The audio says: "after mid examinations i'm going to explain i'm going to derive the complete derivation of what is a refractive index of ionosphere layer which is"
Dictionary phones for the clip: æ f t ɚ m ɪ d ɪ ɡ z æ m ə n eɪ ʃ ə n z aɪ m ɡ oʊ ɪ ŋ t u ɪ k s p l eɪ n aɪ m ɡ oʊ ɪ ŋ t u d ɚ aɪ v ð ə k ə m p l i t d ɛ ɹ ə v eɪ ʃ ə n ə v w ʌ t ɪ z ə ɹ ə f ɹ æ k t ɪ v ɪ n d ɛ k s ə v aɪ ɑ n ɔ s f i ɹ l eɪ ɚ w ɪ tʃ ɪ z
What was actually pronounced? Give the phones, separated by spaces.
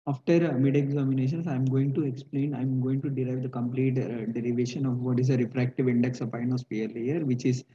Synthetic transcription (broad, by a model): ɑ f t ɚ m ɪ d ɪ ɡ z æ m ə n eɪ ʃ ə n s aɪ m ɡ oʊ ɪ ŋ t u ɪ k s p l eɪ n aɪ m ɡ oʊ ɪ ŋ t u d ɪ aɪ v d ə k ə m p l i t d ɛ ɹ ə v eɪ ʃ ə n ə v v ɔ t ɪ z ə ɹ ə f ɹ æ k t ɪ v ɪ n d ɛ k s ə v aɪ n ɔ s p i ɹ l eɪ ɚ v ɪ tʃ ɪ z